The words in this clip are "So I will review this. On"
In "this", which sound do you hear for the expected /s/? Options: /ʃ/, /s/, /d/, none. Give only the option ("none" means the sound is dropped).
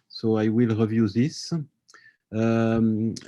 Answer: /s/